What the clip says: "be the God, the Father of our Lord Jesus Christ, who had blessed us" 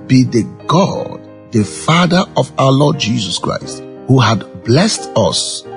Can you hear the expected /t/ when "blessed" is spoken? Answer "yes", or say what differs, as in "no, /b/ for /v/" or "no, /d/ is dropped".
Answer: yes